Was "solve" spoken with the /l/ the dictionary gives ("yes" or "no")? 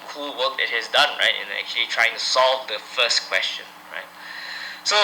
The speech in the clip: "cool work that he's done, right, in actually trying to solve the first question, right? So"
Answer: yes